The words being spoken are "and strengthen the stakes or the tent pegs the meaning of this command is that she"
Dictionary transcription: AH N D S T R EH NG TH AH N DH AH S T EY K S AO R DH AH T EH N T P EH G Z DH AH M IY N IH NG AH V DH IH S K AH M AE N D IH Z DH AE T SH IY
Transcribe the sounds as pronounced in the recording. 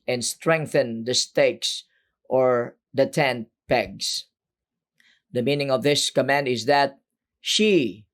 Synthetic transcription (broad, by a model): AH N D S T R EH NG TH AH N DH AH S T EY K S AO R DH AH T EH N T P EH G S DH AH M IY N IH NG AH V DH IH S K AH M AE N D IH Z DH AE T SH IY